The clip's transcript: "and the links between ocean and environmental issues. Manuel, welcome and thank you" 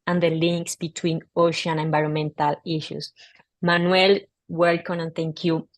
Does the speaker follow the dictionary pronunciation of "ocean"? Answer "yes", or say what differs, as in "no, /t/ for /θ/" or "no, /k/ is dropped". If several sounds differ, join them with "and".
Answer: no, /n/ is dropped